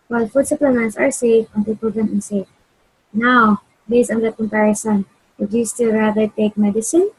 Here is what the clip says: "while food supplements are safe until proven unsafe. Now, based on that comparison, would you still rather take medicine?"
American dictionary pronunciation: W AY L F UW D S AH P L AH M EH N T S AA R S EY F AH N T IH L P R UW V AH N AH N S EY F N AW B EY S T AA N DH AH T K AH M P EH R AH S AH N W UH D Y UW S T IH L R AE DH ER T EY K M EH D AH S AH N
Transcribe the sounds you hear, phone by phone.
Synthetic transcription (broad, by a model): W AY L F UW D S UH P L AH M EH N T S AA R S EY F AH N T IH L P UW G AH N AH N S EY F N AW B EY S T AA N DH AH T K AH M P EH R AH S AH N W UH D Y UW S T IH L R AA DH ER T EY K M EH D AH S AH N